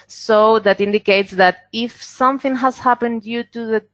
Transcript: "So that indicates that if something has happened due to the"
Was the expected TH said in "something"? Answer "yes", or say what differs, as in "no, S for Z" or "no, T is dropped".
yes